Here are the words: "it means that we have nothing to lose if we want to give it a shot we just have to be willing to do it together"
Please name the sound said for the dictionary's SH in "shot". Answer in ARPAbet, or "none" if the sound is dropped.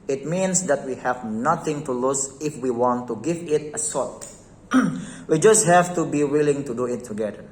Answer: S